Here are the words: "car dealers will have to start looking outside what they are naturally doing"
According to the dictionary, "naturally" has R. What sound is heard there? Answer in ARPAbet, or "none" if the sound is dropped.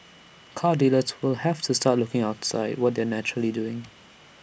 R